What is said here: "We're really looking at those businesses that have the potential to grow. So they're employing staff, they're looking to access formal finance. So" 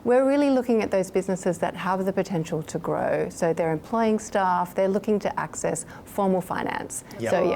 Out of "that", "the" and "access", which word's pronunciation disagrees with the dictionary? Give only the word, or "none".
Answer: none